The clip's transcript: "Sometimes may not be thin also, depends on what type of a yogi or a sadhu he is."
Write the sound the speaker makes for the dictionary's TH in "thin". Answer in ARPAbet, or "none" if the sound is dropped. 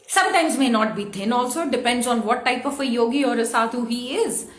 T